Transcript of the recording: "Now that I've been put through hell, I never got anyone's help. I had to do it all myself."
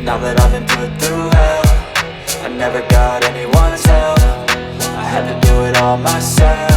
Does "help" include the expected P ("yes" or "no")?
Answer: no